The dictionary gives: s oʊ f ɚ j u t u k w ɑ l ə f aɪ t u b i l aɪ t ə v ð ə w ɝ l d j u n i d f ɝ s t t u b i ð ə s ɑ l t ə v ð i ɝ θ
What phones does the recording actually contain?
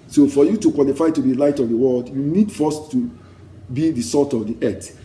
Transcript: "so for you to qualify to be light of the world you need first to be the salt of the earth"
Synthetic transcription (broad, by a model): s oʊ f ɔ j u t u k w ɑ l ə f aɪ t u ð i l aɪ t ə v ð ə w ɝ l d j u n i d f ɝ s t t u b i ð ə s ɑ t ə v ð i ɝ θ